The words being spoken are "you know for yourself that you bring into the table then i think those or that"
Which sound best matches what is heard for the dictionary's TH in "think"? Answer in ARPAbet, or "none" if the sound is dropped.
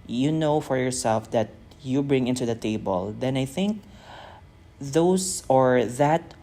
TH